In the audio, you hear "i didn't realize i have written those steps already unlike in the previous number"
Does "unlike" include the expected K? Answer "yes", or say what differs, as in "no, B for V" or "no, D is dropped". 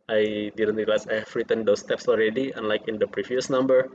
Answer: yes